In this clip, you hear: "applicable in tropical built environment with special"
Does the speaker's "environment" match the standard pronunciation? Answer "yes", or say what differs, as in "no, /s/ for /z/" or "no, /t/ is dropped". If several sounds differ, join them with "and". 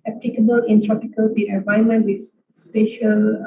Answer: no, /ɹ/ is dropped